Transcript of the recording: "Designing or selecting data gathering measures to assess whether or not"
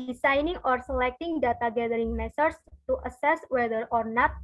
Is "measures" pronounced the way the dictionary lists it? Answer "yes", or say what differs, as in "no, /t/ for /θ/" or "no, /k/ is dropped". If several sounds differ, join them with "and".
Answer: no, /s/ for /ʒ/ and /s/ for /z/